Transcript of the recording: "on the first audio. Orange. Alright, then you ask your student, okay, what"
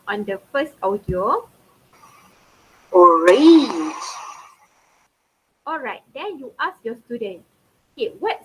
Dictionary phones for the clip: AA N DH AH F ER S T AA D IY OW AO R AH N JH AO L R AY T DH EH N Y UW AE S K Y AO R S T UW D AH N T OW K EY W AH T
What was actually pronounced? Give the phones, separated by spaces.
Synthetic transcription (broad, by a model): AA N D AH F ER S T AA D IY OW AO R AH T AO L R AY T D EH N Y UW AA S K Y AO S T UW D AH N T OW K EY W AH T